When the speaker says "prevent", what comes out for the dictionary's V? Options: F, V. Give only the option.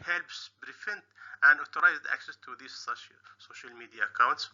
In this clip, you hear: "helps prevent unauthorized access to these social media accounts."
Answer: F